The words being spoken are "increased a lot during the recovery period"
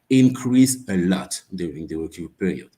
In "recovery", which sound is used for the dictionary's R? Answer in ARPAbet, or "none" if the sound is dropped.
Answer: W